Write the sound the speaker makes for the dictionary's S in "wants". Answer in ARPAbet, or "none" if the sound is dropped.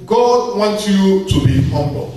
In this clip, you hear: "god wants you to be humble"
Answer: none